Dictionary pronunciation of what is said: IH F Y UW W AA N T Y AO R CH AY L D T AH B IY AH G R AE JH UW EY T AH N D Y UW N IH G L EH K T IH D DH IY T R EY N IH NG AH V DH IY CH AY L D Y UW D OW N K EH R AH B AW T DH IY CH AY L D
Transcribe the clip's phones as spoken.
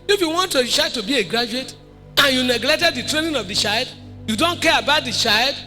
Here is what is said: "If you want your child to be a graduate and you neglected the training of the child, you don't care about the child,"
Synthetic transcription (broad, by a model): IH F Y UW W AA N T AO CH AY D T AH B IY AH G R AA JH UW EY T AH N Y UW N IH G L EH K T IH D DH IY T R EY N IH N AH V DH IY CH AY L D Y UW D OW N K EH R AH B AW T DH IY CH AY L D